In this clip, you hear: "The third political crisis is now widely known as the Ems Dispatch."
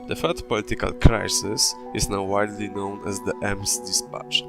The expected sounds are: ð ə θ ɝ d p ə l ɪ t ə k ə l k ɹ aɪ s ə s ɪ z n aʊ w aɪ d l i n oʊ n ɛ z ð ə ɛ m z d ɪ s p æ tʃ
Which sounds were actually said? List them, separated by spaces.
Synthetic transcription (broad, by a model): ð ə f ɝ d p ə l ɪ t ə k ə l k ɹ aɪ s ə s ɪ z n aʊ w aɪ d l i n oʊ n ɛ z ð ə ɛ m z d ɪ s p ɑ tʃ